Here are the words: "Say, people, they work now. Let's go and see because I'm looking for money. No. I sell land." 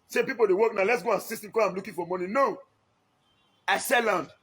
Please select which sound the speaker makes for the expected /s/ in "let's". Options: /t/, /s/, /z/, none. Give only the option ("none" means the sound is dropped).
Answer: /s/